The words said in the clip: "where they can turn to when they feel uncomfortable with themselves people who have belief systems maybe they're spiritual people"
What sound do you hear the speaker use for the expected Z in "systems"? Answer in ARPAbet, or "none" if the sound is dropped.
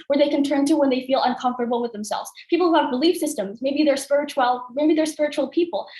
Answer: Z